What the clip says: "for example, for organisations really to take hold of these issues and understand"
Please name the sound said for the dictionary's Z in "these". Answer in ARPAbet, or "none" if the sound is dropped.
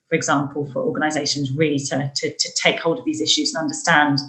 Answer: Z